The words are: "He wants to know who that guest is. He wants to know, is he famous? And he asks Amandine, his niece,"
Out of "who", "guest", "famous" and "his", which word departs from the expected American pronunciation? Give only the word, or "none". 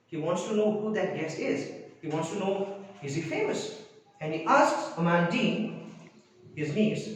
guest